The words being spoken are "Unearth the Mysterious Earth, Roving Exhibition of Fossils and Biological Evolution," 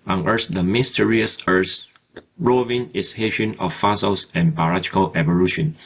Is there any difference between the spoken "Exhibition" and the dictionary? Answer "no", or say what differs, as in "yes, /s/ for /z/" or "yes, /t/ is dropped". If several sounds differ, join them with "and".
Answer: yes, /k/ is dropped